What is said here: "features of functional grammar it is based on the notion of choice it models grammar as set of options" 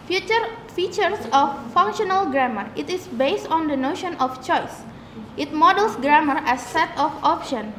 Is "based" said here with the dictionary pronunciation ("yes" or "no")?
yes